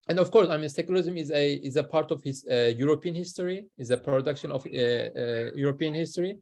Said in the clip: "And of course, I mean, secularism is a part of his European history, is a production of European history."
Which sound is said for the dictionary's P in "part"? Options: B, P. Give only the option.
P